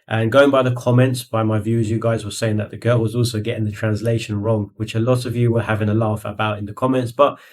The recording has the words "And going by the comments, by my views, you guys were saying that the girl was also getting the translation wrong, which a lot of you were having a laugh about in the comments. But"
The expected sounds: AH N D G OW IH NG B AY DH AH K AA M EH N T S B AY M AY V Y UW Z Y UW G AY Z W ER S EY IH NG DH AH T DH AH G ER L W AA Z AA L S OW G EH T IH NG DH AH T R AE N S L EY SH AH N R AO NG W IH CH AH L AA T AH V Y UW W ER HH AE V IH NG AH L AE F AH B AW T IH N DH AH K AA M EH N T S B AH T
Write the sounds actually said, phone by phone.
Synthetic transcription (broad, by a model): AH N G OW IH NG B AY DH AH K AA M EH N T S B AY M AY V Y UW Z Y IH G AY Z W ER S EY IH NG DH AH T DH AH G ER L W AA Z AA L S OW G EH T IH NG DH AH T R AE N S L EY SH AH N R AO NG W IH CH AH L AA T AH V Y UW W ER HH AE V IH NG AH L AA F AH B AW T IH N DH AH K AA M EH N T S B AH T